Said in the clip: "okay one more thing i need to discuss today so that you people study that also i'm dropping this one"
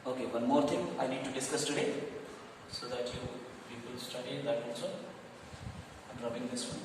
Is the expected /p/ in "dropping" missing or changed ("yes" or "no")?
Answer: yes